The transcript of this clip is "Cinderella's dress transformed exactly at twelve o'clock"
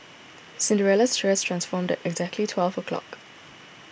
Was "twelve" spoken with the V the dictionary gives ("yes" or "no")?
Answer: yes